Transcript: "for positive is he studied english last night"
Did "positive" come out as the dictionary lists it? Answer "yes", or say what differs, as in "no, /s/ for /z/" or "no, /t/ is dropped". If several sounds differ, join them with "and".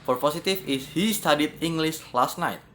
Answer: no, /s/ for /z/ and /f/ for /v/